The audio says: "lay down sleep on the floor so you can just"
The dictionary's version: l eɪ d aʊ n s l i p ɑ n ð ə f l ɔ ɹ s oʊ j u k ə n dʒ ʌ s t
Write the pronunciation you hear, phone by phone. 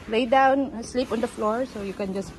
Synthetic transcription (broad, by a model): l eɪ d aʊ n s l i p ɑ n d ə f l ɔ ɹ s oʊ j u k ə n dʒ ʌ s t